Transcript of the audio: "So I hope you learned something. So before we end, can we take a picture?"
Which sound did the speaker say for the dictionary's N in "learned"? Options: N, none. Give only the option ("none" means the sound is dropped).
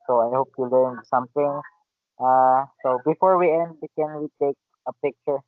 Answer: none